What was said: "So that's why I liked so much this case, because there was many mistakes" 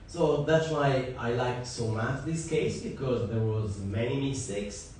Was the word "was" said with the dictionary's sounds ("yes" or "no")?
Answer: yes